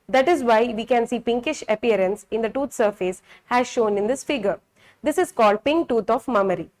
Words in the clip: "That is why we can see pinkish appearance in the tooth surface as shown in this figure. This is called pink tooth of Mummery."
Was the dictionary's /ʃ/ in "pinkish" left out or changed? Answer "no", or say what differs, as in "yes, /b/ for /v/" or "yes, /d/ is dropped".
no